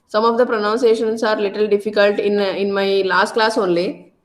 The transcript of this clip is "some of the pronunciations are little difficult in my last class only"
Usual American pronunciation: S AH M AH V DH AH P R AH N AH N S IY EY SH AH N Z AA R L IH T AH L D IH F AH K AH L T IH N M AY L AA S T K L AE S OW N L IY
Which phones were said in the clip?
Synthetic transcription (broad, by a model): S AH M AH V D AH P R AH N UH N S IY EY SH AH N S AA R L IH T AH L D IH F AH K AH L T IH N M AY L AA S T K L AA S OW N L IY